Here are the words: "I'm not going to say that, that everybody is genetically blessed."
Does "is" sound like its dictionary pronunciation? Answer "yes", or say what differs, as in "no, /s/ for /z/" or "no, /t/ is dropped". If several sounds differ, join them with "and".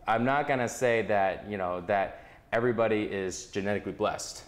yes